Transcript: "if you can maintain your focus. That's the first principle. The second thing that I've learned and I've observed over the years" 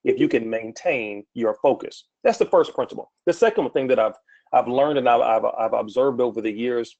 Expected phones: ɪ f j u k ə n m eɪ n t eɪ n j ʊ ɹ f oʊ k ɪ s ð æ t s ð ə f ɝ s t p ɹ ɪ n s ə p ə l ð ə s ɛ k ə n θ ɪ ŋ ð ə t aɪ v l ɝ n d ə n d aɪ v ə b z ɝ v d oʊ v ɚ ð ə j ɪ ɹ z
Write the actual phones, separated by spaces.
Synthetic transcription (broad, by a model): ɪ f j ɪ k ə n m eɪ n t eɪ n j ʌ ɹ f oʊ k ɪ s ð æ t s ð ə f ɝ s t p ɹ ɪ n s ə p l ð ə s ɛ k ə n θ ɪ ŋ ð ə t aɪ v l ɝ n d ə n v aɪ v ə b z ɝ v d oʊ v ɚ ð ə j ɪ ɹ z